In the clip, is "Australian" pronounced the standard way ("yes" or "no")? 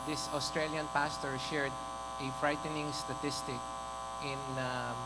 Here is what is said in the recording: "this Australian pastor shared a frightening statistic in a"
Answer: yes